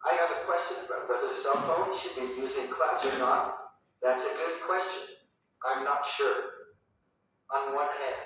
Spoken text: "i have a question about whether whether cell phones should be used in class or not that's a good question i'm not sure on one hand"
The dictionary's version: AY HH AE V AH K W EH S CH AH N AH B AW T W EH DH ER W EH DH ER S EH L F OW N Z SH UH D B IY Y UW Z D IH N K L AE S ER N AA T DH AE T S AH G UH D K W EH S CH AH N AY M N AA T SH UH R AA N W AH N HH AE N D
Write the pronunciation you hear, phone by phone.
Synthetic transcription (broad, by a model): AY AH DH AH K W EH S CH AH N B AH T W W EH DH ER S EH L F OW N Z SH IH D B IY Y UW Z D IH N K L AE S ER N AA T DH AE T S AH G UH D K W EH S CH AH N AY M N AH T SH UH R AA N W AH N HH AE N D